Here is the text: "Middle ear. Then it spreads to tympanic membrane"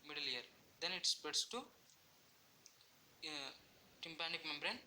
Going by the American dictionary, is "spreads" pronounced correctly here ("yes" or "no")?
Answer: no